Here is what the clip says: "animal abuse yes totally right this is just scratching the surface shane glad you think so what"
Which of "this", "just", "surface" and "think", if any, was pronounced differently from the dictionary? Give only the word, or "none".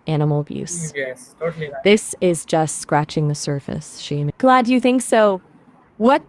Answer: none